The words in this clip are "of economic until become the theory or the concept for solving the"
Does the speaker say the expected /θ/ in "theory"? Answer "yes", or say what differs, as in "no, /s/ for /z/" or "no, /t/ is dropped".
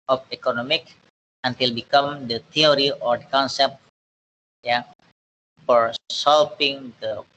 no, /t/ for /θ/